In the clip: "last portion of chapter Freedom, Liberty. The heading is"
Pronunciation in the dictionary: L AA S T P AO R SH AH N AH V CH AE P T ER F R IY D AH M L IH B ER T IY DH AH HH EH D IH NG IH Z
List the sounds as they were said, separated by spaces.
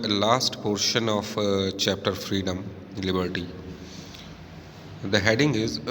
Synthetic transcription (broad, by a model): L AA S T P AO R SH AH N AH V CH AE P T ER F R IY D AH M L IH B ER T IY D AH HH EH D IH NG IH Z